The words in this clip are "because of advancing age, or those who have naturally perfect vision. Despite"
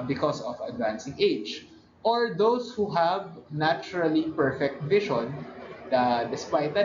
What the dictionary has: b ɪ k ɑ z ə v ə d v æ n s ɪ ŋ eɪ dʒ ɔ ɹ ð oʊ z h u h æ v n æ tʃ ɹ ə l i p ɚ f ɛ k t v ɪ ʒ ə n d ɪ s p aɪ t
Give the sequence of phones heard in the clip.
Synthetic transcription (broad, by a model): b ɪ k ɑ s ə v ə d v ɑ n s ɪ ŋ eɪ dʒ ɔ ɹ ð oʊ s h u h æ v n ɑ tʃ ɹ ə l i p ɚ f ɛ k t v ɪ ʃ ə n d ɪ s p aɪ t